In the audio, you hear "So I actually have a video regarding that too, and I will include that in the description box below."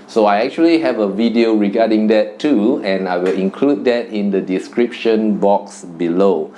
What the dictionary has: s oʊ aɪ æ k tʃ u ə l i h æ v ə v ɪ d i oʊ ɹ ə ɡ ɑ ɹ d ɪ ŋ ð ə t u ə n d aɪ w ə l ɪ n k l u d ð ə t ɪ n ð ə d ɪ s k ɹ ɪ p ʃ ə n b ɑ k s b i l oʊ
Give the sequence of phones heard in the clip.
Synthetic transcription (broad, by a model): s oʊ aɪ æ k tʃ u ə l i h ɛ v ə v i d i oʊ ɹ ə ɡ ɑ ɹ d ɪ ŋ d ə t u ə n aɪ w ə l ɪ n k l u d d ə t ɪ n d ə d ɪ s k ɹ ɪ p ʃ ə n b ɑ k s b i l oʊ